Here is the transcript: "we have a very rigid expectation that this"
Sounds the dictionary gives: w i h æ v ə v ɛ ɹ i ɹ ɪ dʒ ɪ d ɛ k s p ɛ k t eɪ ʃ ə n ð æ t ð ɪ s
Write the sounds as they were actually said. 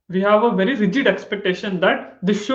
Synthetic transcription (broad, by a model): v i h æ v ə v ɛ ɹ i ɹ ɪ dʒ ɪ d ɛ k s p ɛ k t eɪ ʃ ə n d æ t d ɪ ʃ